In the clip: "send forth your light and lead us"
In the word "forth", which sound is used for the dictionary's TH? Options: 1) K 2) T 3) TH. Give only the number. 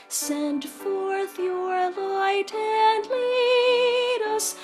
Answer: 3